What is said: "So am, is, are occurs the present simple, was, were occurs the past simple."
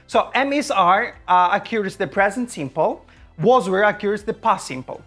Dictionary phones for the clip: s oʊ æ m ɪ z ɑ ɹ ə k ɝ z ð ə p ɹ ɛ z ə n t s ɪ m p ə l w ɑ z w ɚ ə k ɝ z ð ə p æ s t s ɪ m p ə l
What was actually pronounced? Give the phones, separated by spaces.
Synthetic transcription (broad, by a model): s oʊ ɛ m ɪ s ɑ ɹ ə k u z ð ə p ɹ ɛ z ə n t s ɪ m p ə l w ɑ z w ɚ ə k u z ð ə p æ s s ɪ m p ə l